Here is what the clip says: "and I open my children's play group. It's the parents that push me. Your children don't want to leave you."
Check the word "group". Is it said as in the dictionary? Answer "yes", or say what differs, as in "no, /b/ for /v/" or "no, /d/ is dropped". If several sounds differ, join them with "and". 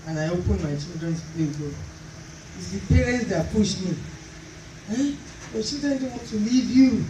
no, /ɹ/ is dropped and /p/ is dropped